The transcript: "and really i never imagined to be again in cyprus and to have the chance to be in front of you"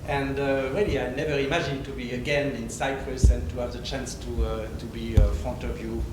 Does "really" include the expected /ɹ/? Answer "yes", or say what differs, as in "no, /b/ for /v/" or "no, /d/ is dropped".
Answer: no, /w/ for /ɹ/